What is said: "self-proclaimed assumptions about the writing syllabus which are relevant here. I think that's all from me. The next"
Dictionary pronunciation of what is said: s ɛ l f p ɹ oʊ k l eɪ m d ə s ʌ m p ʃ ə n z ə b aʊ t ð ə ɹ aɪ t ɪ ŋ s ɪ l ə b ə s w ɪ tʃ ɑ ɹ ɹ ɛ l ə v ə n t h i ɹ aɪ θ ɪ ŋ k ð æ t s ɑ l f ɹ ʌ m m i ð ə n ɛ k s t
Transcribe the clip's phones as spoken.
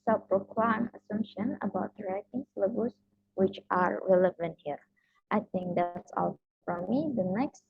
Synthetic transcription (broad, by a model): s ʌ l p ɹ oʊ k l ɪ m ə s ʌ m p ʃ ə n ə b aʊ t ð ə ɹ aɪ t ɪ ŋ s l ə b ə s w ɪ tʃ ɑ ɹ ɹ ɛ l ə v ə n t h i ɹ aɪ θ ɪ ŋ k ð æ t s ɑ l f ɹ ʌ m m i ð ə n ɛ k s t